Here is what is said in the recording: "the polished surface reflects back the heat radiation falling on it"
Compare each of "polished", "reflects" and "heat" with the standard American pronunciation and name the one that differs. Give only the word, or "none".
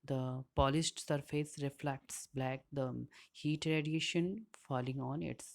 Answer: polished